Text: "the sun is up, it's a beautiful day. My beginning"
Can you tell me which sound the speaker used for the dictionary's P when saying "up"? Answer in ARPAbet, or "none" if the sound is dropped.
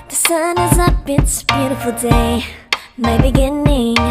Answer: B